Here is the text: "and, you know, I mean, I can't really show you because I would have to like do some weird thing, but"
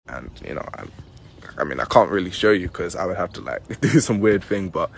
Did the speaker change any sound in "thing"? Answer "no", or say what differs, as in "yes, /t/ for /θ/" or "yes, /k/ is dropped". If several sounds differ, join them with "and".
no